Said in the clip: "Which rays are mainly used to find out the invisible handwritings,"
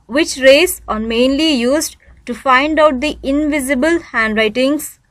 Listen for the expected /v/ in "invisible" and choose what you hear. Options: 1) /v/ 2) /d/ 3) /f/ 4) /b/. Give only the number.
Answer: 1